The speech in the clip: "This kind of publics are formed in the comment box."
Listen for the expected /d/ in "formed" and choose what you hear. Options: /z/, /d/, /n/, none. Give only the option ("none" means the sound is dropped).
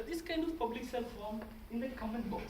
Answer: none